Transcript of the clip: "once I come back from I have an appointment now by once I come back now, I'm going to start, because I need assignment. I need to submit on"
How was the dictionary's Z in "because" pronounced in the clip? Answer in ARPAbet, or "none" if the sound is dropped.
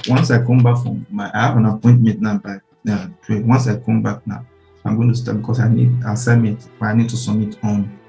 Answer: S